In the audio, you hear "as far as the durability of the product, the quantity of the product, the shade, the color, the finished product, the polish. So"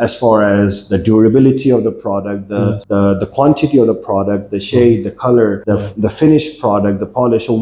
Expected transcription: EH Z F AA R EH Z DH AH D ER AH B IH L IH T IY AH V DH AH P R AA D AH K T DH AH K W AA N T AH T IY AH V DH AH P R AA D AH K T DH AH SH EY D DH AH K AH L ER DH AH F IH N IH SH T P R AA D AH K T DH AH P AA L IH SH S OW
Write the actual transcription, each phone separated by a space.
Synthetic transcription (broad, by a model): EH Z F AA R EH Z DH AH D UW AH B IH L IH T IY AH V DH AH P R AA D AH K T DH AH K W AA N T AH T IY AH V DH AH P R AA D AH K T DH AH SH EY D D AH K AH L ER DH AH F IH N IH SH P R AA D AH K T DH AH P AA L IH SH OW